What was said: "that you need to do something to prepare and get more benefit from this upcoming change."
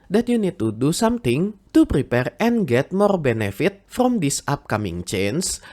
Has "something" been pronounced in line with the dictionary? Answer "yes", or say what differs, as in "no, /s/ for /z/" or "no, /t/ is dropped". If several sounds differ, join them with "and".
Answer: no, /t/ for /θ/